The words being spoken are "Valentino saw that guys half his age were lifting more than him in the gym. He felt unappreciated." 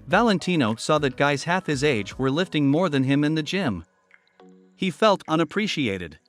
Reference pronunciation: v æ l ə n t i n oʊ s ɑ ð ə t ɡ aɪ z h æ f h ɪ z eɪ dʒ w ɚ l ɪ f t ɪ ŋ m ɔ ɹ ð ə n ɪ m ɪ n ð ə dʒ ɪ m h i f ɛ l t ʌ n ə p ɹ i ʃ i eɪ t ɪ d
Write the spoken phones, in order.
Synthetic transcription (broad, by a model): v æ l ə n t i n oʊ s ɑ ð ə t ɡ aɪ z h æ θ h ɪ z eɪ dʒ w ɚ l ɪ f t ɪ ŋ m ɔ ɹ ð ə n ɪ m ɪ n ð ə dʒ ɪ m h i f ɛ l t ʌ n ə p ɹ i ʃ i eɪ t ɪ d